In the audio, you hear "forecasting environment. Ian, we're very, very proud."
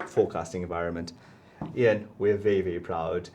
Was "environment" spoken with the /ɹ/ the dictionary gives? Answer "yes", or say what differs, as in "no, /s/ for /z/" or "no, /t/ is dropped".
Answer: yes